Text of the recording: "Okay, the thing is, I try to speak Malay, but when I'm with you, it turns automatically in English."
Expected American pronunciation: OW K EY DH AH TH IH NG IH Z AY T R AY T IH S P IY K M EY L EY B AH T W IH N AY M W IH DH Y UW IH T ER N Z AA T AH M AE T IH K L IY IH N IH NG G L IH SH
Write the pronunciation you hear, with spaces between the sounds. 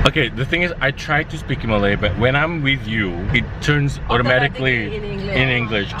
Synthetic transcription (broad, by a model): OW K EY DH AH TH IH NG IH Z AY T R AY T IH S P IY K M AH L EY B AH T W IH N AY M W IH DH Y UW IH T ER N Z AA T AH M AE T IH K L IY IH N IH NG G L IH SH